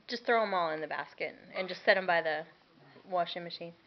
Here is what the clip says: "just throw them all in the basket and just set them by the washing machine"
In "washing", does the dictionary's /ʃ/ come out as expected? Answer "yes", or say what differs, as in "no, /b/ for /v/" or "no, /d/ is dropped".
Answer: yes